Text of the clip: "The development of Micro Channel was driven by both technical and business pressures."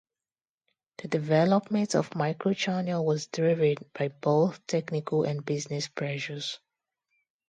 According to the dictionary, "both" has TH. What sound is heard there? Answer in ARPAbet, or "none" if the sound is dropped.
TH